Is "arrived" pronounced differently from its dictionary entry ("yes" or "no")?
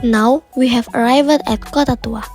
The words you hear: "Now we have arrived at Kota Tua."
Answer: no